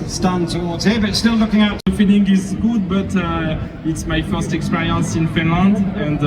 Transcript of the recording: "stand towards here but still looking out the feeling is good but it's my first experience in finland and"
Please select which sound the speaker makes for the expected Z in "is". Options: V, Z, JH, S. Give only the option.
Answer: Z